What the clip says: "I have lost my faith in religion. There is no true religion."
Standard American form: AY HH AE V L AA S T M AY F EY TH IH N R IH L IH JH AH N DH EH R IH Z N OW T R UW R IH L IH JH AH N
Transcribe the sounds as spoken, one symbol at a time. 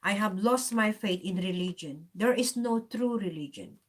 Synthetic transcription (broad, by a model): AY HH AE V L AA S T M AY F EY T IH N R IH L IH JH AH N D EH R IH S N OW T R UW R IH L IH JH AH N